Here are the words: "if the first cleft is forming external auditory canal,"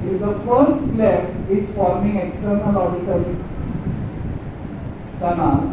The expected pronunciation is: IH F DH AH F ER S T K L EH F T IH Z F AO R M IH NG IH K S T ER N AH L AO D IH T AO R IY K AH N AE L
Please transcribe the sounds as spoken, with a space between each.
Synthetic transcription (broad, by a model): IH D AH F ER S T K L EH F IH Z F AO R M IH NG IH K S T ER N AH L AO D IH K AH L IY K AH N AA